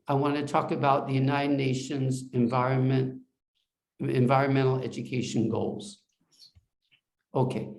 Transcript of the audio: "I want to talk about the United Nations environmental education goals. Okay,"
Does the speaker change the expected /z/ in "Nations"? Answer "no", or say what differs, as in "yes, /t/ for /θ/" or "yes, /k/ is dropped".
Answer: no